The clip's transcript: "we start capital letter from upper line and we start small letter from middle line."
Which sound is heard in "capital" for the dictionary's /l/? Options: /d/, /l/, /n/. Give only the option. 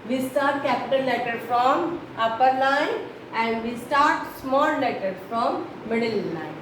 /n/